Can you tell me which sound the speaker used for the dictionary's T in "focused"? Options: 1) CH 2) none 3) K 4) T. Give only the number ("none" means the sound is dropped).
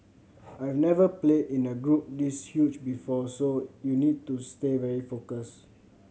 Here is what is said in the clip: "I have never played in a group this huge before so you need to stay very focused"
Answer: 2